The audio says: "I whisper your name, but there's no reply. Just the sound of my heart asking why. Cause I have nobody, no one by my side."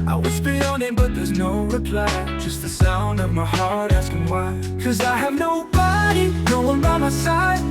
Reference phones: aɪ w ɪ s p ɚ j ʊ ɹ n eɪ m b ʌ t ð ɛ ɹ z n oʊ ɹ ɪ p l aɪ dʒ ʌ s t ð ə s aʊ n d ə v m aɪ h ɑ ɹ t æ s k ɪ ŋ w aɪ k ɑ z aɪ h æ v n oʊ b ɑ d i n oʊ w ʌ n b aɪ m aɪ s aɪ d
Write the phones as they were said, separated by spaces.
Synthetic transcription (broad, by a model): aɪ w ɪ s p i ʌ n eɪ b ʌ t ð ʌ ɹ z n oʊ ɹ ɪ p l aɪ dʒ ʌ s t ð ə s aʊ n d ə v m aɪ h ɑ ɹ t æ s k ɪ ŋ w aɪ k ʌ z aɪ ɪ v n oʊ b ɑ d i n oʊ w ʌ n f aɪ m aɪ s aɪ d